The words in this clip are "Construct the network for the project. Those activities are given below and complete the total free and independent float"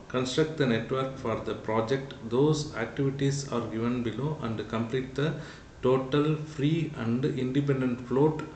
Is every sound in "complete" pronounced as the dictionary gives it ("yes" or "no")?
yes